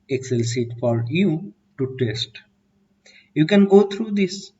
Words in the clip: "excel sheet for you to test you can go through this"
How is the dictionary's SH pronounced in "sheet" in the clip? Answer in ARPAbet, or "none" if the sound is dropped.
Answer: S